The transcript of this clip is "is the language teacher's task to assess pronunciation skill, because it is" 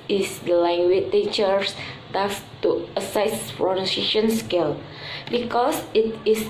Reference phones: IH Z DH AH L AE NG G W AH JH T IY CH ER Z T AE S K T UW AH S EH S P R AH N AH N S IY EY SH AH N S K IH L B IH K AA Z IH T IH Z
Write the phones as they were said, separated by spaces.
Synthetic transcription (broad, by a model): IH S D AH L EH NG G W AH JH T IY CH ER S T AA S T UW AH S EH S F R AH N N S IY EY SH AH N S K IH L B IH K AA S IH T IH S